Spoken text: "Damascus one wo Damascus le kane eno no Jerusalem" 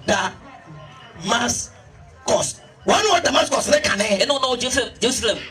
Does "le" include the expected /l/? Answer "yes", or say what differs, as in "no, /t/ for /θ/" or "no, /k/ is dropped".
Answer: no, /n/ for /l/